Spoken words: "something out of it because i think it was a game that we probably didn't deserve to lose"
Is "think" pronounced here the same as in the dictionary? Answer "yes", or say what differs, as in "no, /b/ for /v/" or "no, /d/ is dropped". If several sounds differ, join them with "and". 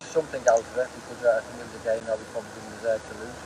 yes